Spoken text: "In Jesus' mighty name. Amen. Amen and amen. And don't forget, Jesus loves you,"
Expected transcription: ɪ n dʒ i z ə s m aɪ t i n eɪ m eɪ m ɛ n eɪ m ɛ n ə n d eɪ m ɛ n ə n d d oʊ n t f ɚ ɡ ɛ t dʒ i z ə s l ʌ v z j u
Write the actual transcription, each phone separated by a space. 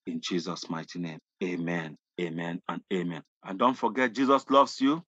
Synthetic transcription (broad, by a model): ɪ n dʒ i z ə s m aɪ t i n eɪ m eɪ m ɛ n eɪ m ɛ n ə n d eɪ m ɛ n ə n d d oʊ n t f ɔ ɡ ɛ t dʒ i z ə s l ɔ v s j u